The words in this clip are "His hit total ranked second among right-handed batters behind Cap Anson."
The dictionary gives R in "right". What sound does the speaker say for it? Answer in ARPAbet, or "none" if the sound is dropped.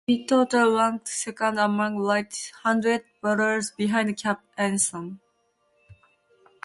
L